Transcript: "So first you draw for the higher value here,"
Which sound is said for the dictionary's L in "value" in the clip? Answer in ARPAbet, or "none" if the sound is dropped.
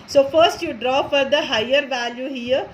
L